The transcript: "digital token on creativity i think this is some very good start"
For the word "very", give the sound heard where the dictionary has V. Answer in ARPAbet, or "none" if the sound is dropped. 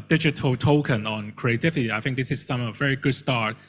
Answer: V